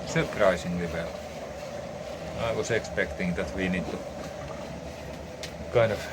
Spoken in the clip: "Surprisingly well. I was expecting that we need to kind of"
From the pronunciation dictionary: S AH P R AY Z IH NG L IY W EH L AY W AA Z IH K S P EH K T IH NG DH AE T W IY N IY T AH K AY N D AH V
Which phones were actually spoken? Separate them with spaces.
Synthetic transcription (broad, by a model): S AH P R AY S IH NG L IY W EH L AY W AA S IH K S P EH K T IH NG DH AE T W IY N IY T AH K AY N AH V